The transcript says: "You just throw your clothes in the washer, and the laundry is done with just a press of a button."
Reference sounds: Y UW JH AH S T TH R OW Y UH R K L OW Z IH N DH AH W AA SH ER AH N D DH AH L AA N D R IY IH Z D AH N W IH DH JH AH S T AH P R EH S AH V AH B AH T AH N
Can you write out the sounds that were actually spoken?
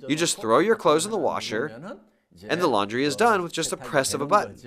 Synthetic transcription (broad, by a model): Y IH JH AH S T TH R OW Y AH R K L OW Z N DH AH W AA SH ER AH N DH AH L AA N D R IY IH Z D AH N W IH DH JH AH S T AH P R EH S AH V AH B AH T N